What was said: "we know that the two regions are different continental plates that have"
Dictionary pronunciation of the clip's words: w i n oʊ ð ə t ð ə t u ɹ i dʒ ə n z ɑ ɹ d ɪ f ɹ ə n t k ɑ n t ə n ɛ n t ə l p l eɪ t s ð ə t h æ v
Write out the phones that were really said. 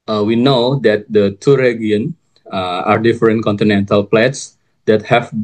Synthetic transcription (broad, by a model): w i n oʊ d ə t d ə t u ɹ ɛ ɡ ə n ɑ ɹ d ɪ f ɹ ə n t k ɑ n t ə n ɛ n t ə l p l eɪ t s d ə t h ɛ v